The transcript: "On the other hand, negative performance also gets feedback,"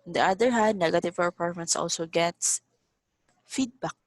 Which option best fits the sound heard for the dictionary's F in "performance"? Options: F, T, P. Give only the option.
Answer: P